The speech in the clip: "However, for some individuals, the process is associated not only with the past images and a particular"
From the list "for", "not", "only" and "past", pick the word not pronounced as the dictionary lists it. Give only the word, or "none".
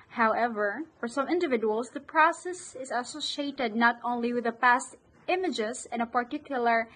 none